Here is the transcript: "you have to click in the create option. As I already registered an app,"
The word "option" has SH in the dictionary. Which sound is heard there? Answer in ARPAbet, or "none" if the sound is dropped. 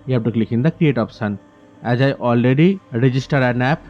S